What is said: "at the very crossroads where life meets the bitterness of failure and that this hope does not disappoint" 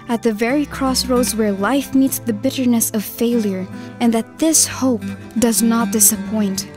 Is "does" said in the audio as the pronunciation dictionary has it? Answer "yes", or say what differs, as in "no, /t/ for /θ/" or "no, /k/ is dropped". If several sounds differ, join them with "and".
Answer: yes